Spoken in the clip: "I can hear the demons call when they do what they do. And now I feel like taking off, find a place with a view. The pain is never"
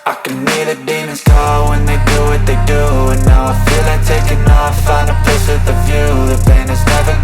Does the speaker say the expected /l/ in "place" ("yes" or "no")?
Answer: no